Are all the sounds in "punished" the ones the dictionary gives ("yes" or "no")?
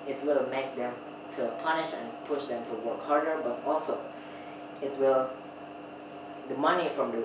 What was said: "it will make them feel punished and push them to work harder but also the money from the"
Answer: no